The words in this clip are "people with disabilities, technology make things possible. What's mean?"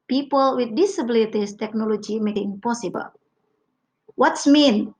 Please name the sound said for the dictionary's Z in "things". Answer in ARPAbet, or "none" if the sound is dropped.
none